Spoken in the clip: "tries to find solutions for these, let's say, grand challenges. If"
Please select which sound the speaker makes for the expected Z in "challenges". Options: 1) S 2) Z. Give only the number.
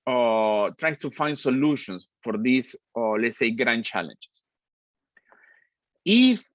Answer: 1